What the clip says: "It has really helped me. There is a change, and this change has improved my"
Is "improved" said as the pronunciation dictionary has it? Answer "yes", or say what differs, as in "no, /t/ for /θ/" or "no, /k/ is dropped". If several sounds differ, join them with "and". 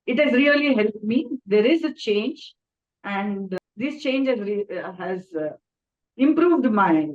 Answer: yes